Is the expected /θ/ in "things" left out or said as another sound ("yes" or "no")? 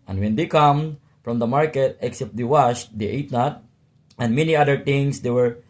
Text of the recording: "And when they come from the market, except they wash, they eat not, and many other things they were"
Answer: yes